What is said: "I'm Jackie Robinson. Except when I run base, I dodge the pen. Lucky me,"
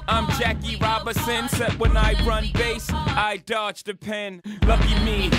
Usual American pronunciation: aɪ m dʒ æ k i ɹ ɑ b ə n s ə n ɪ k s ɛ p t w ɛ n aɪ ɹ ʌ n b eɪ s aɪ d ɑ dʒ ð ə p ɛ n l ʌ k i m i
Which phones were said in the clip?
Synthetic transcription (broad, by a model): aɪ m dʒ æ k i ɹ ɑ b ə s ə n s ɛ t w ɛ n aɪ ɹ ʌ n b eɪ s aɪ d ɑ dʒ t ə p ɛ n l ʌ k i m i